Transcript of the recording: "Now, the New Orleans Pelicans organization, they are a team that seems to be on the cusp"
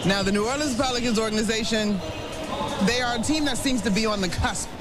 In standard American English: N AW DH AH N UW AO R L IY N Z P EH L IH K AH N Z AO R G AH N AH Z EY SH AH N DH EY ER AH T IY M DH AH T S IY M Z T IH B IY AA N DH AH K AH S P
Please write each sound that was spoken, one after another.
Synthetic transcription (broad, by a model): N AW DH AH N UW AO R L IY Z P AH L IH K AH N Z AO R G AH N AH Z EY SH AH N DH EY ER AH T IY M DH AH T S IY M Z T IH B IY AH N DH AH K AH S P